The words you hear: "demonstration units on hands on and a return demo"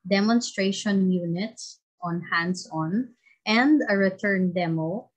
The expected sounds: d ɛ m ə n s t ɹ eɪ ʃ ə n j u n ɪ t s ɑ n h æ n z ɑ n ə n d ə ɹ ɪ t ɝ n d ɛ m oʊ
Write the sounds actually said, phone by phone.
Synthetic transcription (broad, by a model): d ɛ m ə n s t ɹ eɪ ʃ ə n j u n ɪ t s ɑ n h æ n s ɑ n ə n d ə ɹ ɪ t ɝ n d ɛ m oʊ